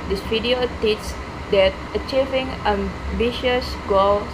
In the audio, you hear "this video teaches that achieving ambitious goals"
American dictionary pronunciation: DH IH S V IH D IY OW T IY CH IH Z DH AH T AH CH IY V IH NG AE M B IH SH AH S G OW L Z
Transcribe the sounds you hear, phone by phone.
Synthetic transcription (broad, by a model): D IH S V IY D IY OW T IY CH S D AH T AH CH IY V IH NG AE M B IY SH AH S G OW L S